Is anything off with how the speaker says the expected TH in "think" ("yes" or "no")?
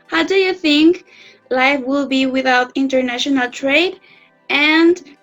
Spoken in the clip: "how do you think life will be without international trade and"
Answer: no